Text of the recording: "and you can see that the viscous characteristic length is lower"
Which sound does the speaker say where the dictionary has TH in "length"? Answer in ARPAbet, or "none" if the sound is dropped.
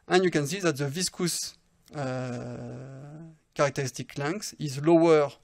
S